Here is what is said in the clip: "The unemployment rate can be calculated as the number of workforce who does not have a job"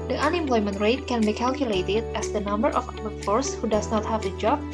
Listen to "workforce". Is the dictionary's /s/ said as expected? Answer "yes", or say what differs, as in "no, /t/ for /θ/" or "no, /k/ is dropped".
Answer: yes